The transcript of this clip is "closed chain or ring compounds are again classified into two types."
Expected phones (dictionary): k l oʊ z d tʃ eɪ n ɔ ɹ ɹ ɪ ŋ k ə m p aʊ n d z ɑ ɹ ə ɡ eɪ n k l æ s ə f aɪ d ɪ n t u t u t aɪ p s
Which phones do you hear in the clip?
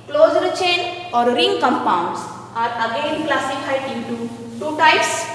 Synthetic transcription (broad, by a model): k l oʊ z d tʃ eɪ n ɔ ɹ ɹ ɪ ŋ k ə m p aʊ n d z ɑ ɹ ə ɡ eɪ n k l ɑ s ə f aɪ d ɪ t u t u t aɪ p s